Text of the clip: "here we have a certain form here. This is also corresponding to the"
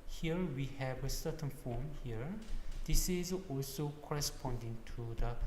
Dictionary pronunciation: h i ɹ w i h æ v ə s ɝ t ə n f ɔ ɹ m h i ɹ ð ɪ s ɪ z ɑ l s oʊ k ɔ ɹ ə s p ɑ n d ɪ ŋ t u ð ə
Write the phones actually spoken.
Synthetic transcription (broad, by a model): h i ɹ w i h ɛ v ə s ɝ t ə n f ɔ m h i ɹ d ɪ s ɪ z ɑ l s oʊ k ɔ ɹ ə s p ɑ n d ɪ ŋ t u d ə